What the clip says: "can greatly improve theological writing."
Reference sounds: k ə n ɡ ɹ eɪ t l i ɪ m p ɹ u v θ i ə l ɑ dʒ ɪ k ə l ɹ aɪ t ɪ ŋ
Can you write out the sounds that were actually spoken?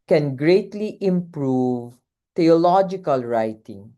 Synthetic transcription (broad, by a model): k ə n ɡ ɹ eɪ t l i ɪ m p ɹ u v t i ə l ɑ dʒ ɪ k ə l ɹ aɪ t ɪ ŋ